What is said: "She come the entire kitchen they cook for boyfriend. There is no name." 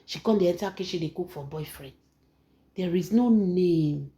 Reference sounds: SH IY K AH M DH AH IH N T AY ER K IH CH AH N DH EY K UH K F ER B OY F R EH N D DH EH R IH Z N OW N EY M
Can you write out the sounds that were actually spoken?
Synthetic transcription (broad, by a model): SH IY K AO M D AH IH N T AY K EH SH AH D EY K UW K F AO B OY F R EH N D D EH R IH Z N OW N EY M